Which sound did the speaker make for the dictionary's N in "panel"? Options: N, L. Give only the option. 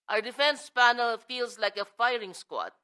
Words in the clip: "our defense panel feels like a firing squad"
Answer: N